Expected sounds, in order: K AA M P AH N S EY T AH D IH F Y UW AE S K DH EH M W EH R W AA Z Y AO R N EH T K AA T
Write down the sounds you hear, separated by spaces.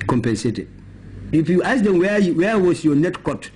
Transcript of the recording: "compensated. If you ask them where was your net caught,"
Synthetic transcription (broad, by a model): K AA M P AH N S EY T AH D IH F Y UW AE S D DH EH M W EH W W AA S Y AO N EH T K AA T